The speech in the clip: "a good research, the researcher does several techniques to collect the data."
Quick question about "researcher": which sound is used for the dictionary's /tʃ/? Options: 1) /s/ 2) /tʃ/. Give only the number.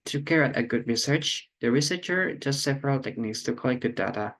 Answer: 2